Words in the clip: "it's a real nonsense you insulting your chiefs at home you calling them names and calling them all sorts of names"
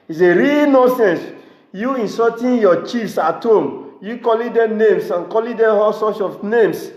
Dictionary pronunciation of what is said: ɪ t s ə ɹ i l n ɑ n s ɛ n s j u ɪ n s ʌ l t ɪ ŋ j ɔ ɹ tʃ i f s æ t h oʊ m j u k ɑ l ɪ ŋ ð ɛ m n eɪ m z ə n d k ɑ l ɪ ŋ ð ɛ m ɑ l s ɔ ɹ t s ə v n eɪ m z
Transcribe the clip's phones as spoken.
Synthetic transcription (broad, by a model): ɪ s ə ɹ i l n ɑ s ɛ n s j u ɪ n s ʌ t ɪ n j ɔ tʃ i f s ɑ t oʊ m j u k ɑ l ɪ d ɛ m n eɪ m s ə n k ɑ l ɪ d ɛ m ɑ s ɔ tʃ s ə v n eɪ m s